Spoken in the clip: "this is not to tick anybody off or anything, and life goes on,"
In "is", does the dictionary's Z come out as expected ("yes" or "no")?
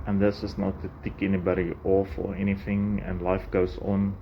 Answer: no